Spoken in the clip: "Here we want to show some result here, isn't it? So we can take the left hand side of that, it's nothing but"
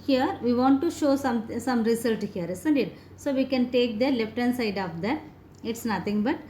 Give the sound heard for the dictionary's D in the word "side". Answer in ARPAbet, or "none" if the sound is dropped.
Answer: D